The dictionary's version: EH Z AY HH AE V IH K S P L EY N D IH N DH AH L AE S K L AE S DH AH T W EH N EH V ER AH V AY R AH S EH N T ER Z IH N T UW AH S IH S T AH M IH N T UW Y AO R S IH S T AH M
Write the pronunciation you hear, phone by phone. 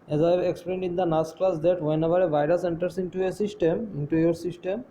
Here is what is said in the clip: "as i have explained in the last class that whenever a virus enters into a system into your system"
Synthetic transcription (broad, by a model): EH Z AY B IH K S P L EY N D IH N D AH N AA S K L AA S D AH T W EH N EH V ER AH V AY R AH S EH N T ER S IH N T UW AH S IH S T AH M IH N T UW Y AO R S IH S T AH M